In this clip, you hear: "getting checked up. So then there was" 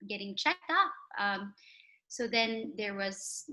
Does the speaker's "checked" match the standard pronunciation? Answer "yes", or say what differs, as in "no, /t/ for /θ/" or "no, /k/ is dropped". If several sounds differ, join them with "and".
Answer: yes